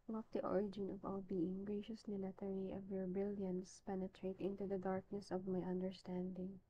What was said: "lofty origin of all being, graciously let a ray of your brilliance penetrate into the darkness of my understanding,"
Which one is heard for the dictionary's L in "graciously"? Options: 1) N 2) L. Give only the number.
1